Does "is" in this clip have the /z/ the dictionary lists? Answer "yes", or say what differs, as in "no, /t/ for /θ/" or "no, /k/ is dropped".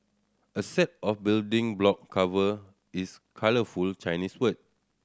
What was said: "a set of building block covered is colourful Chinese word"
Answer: no, /s/ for /z/